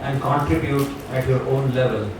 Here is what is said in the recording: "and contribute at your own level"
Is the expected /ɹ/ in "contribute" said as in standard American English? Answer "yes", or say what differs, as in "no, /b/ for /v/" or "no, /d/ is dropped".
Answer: yes